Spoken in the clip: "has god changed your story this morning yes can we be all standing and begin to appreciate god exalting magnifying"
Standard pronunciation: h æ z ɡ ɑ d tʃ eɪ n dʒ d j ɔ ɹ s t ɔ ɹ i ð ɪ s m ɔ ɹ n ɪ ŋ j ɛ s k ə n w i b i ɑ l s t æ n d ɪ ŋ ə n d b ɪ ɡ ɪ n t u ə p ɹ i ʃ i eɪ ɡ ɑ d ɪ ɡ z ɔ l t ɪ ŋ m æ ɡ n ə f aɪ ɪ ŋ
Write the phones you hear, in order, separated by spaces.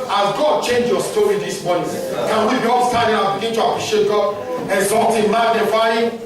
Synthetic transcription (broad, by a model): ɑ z ɡ ɑ d tʃ eɪ n dʒ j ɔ s t ɔ ɹ i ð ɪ s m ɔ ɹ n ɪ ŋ k ə n w i b i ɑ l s t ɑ d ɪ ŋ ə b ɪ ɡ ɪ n t u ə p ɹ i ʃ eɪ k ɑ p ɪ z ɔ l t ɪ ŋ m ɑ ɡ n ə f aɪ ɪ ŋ